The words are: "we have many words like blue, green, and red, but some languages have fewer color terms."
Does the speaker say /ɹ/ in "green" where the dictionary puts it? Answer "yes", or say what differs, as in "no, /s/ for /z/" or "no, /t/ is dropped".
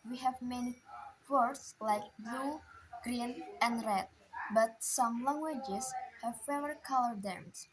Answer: yes